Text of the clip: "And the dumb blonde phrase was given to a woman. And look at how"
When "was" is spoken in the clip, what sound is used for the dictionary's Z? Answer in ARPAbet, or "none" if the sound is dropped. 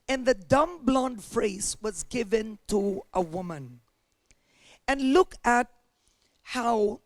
Z